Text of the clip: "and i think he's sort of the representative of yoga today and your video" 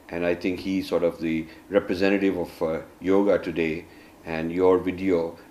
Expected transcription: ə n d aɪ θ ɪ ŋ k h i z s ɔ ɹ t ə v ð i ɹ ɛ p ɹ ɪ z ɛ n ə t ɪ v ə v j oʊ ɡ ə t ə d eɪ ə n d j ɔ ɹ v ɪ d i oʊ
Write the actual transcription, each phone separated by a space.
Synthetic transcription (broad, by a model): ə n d aɪ t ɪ ŋ k h i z s ɔ ɹ t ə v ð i ɹ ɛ p ɹ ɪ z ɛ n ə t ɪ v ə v j oʊ ɡ ə t ə d eɪ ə n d j ɔ ɹ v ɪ d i oʊ